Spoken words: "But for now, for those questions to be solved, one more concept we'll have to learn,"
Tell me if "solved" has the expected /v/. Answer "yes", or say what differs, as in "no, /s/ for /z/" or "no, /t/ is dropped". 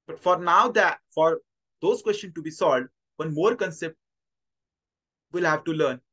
no, /v/ is dropped